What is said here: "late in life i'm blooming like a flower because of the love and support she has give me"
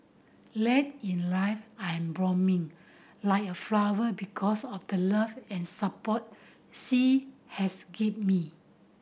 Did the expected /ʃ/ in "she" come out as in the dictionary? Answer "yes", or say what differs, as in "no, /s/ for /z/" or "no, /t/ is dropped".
no, /s/ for /ʃ/